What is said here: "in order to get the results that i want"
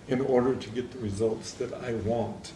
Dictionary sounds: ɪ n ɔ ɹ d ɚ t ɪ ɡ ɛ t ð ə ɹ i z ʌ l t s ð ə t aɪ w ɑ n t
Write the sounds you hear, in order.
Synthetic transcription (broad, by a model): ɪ n ɔ ɹ d ɚ t ɪ ɡ ɛ t ð ə ɹ i z ʌ l t s ð ə t aɪ w ɑ n t